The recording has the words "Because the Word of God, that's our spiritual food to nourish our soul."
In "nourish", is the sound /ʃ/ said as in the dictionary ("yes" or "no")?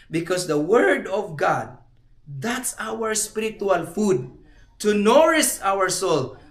no